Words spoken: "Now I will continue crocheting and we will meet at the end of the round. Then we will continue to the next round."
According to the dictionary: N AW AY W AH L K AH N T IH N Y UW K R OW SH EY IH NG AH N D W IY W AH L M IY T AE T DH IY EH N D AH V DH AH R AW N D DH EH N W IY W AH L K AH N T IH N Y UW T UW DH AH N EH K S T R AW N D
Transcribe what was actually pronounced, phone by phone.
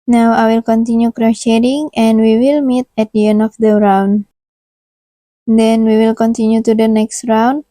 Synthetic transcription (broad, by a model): N AW AY W AH L K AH N T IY N Y UW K R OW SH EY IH NG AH N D W IY W AH L M IY T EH T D IY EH N AH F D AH R AW N D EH N W IY W AH L K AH N T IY N Y UW T UW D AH N EH K S T R AW N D